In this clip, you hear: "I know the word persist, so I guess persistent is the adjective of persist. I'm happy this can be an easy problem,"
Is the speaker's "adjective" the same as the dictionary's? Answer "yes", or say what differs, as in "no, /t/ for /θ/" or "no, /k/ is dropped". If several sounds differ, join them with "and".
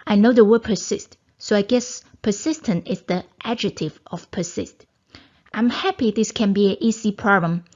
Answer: no, /k/ is dropped